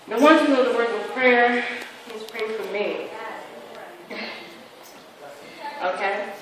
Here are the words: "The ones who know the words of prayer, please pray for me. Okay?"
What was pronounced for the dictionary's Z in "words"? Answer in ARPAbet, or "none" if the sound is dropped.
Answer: none